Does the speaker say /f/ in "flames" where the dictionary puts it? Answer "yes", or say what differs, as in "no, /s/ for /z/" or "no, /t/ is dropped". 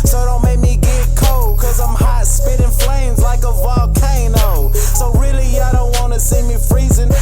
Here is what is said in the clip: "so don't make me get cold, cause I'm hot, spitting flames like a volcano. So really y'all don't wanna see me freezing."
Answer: yes